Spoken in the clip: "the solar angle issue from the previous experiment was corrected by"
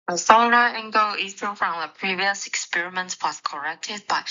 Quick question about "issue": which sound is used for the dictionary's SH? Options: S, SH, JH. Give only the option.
S